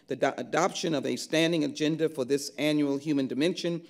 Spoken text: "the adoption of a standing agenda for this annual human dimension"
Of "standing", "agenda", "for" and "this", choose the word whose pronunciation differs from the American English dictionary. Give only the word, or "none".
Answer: none